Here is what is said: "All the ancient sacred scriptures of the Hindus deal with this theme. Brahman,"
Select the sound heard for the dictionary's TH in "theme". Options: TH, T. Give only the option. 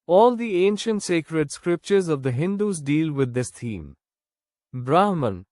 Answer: T